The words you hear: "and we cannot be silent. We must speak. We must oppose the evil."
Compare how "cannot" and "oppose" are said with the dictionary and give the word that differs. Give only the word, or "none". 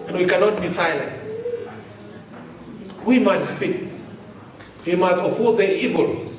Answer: oppose